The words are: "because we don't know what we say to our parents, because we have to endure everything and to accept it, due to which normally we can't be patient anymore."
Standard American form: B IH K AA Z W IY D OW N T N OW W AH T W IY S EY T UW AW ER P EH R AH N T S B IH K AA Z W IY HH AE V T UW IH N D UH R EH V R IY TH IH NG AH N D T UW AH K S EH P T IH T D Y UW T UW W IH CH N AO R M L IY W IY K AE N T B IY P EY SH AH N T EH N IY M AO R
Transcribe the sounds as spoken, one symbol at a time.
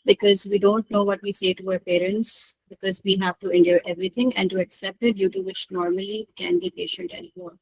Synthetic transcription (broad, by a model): B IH K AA Z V IY D OW N T N OW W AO T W IY S EY T UW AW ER P EH R AH N T S B IH K AA Z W IY HH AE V T UW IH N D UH R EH V R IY T IH NG AH N D T UW AH K S EH P T IH T D Y UW T UW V IH CH N AO R M IY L IY K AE N B IY P EY SH AH N T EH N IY M AO R